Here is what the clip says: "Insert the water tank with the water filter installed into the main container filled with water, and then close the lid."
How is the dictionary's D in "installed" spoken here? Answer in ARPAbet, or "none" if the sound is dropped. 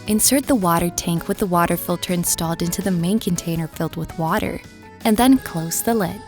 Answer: D